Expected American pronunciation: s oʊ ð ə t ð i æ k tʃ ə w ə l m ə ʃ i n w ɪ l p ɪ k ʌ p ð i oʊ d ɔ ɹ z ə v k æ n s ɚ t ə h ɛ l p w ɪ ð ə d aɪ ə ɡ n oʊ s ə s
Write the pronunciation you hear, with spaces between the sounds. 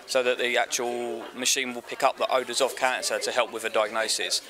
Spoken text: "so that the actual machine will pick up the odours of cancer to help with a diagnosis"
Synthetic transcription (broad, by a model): s oʊ ð ə t ð i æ k tʃ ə w ə l m ə ʃ i n w ɪ l p ɪ k ʌ p ð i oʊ d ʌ z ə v k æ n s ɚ t ə h ɛ l p w ɪ ð ə d aɪ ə ɡ n oʊ s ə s